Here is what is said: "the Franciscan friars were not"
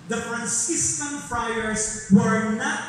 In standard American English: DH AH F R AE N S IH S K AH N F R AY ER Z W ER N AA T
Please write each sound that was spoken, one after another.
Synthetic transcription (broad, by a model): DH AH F R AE N S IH S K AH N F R AY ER S W ER N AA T